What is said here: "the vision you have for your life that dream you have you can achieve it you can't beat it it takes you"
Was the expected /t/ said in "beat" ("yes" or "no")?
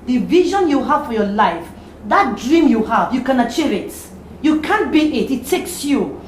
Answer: no